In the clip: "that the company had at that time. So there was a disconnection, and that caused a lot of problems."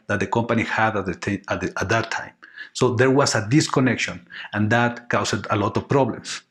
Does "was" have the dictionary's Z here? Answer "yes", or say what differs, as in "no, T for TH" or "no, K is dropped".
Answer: no, S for Z